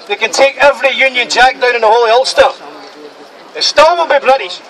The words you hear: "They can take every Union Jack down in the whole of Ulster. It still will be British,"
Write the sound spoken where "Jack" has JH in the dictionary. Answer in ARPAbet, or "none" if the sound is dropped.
JH